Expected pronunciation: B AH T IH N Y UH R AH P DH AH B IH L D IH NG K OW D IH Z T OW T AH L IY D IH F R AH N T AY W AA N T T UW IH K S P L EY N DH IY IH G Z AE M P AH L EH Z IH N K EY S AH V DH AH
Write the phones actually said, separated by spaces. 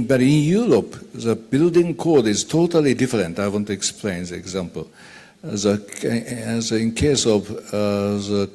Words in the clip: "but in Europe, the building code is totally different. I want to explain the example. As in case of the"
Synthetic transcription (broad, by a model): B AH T IH N Y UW R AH P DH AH B IH L D IH NG K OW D IH Z T OW T AH L IY D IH F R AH N T AY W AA N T T UW IH K S P L EY N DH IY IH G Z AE M P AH L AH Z IH N K EY S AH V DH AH